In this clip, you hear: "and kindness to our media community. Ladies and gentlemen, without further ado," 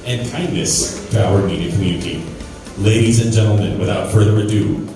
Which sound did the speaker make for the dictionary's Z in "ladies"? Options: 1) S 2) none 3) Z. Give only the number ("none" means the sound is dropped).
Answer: 3